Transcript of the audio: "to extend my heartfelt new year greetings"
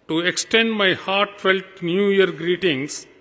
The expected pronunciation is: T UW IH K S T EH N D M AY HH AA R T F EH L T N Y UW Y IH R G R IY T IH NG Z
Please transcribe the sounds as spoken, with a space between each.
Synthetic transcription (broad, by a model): T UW IH K S T EH N D M AY HH AA R T F EH L T N Y UW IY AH R G R IY T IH NG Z